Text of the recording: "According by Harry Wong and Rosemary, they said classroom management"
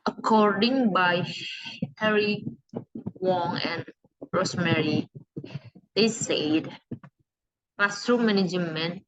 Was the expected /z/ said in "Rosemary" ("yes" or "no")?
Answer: no